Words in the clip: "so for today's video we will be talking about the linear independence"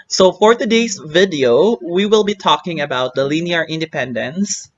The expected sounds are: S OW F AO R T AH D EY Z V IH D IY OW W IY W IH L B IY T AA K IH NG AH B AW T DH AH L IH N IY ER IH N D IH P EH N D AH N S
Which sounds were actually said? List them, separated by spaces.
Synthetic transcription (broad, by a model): S OW F AO R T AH D EY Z V IH D IY OW W IY W IH L B IY T AA K IH NG AH B AW T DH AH L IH N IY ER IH N D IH P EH N D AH N S